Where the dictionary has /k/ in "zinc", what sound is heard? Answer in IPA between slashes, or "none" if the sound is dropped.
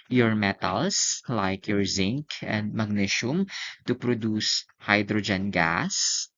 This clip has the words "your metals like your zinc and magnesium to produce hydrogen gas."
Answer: /k/